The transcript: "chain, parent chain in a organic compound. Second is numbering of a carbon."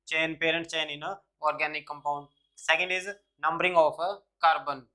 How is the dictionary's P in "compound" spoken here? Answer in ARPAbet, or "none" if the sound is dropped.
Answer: P